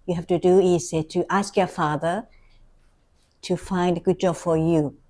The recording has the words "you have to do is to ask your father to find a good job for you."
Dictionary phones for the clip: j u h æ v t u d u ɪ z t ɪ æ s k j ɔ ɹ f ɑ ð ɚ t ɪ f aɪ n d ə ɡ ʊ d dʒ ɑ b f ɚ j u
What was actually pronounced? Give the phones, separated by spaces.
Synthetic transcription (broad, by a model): j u h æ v t u d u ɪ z t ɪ æ s k j ɔ ɹ f ɑ ð ɚ t ɪ f aɪ n d ə ɡ ʊ d dʒ ɑ b f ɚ j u